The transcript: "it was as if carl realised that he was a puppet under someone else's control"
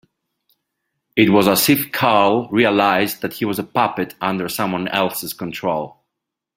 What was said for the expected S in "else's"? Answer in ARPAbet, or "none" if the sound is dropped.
S